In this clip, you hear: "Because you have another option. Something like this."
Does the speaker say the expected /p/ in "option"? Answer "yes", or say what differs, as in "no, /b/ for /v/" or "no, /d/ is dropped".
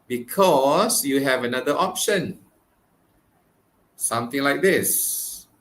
yes